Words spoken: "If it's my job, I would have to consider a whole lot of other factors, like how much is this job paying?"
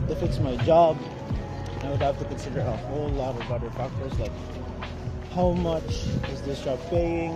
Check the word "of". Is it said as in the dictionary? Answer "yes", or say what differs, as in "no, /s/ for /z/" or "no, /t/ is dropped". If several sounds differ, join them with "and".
no, /b/ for /v/